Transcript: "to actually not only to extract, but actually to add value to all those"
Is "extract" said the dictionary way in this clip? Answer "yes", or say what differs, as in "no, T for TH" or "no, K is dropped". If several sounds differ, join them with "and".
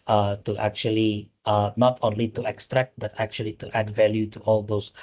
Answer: yes